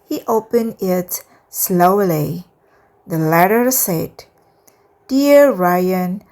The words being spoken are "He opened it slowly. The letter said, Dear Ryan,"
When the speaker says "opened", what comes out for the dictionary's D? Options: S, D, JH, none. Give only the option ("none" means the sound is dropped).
none